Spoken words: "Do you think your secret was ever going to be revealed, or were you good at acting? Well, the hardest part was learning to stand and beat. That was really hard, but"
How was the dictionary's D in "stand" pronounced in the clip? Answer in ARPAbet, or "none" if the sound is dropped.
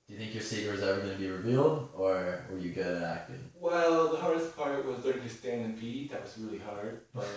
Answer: none